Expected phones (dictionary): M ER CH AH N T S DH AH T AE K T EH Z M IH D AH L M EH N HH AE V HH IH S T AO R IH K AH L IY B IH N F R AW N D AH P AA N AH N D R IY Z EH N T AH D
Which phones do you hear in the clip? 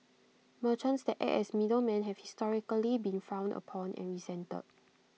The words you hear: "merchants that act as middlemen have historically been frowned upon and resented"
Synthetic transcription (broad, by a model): M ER CH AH N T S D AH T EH T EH S M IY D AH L M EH N HH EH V HH IH S T AO R IH K AH L IY B IH N F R AW N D AH P AA N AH N R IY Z EH N T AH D